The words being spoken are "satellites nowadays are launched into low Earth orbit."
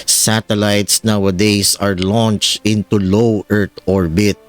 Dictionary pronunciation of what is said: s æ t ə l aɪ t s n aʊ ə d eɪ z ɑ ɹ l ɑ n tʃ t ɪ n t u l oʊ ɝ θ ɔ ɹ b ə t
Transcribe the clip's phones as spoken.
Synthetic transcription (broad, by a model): s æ t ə l aɪ t s n aʊ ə d eɪ s ɑ ɹ l ɑ n tʃ t ɪ n t u l oʊ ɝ t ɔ ɹ b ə t